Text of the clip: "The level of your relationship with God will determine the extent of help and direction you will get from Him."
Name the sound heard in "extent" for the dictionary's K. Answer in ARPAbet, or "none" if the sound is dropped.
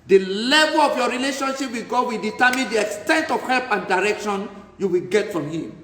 K